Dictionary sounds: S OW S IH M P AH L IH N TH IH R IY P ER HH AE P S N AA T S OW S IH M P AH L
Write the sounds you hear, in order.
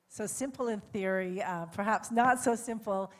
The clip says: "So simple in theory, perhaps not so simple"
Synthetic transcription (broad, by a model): S OW S IH M P L IH N TH IH R IY P ER HH AE P S N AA T S OW S IH M P L